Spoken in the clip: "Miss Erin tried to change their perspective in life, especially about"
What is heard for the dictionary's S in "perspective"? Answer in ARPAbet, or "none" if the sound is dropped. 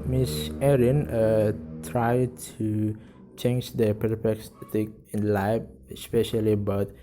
none